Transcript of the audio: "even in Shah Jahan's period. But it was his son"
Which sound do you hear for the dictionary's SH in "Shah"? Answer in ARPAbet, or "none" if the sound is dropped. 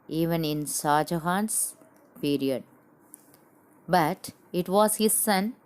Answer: S